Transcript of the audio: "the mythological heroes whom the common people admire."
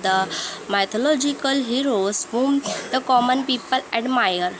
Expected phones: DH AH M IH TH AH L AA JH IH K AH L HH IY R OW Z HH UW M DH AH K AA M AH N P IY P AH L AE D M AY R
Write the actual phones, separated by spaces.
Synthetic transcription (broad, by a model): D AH M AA T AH L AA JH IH K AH L HH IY R OW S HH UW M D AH K AA M AH N P IY P AH L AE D M AY R